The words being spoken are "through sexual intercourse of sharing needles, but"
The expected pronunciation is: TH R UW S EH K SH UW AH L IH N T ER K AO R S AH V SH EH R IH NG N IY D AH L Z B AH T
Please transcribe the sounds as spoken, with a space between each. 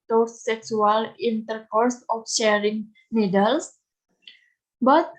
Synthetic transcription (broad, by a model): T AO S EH K S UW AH L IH N T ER K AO R S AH F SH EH R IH NG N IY D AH L S B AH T